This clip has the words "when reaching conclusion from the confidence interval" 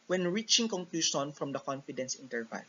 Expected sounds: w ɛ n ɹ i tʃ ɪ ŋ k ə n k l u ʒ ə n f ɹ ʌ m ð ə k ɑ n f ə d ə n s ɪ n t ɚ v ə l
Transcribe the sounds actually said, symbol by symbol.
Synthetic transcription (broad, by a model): w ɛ n ɹ i tʃ ɪ ŋ k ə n k l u ʃ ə n f ɹ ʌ m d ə k ɑ n f ə d ə n s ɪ n t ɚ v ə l